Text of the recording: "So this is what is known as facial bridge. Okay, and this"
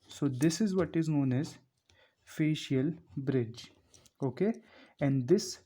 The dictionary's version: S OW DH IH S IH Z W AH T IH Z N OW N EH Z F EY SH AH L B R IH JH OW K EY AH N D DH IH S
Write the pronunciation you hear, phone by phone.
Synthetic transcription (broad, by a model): S OW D IH S IH Z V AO T IH Z N OW N EH Z F EY SH AH L B R IH JH OW K EY AH N D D IH S